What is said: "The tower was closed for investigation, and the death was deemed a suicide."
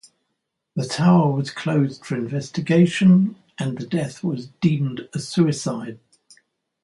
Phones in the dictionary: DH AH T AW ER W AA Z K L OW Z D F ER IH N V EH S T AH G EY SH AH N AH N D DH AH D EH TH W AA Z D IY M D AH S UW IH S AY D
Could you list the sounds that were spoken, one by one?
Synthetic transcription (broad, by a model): DH AH T AW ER W AA Z K L OW Z D F ER IH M V EH S T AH G EY SH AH N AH N DH AH D EH TH W AA Z D IY M D AH S UW IH S AY D